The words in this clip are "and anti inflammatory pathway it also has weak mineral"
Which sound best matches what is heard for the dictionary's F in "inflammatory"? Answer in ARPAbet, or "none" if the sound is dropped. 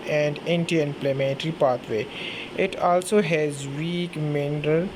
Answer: P